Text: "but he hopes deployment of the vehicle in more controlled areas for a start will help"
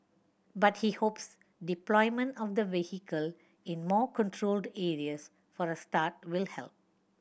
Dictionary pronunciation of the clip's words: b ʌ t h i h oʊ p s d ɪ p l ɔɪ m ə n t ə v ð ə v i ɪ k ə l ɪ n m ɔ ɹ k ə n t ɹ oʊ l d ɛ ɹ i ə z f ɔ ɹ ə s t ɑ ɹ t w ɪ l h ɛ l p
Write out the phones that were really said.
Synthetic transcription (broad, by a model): b ʌ t h i h oʊ p s d ɪ p l ɔɪ m ə n t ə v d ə v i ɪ k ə l ɪ n m ɔ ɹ k ə n t ɹ oʊ l d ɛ ɹ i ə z f ɔ ɹ ə s t ɑ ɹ t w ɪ l h ɛ l p